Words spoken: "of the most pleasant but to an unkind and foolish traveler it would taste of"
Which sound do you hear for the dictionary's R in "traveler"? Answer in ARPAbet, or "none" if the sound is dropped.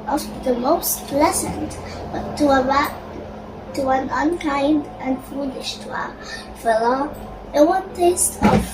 none